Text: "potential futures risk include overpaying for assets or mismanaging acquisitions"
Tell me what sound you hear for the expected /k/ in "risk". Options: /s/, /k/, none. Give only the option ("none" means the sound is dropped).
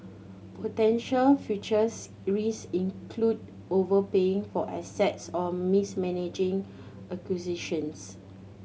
none